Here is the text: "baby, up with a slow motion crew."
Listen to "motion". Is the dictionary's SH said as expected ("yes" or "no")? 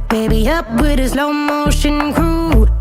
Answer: yes